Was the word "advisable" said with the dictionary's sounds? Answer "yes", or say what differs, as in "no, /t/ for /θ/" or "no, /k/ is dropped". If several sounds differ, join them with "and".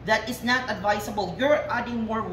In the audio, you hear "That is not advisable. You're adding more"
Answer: no, /s/ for /z/